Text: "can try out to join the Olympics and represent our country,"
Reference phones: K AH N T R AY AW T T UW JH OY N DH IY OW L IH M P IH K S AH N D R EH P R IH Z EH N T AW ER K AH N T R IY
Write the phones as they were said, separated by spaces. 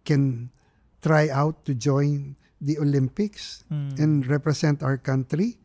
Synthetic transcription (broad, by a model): K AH N T R AY AW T T UW JH OY N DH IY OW L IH M P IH K S AH N D R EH P R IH S EH N T AW ER K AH N T R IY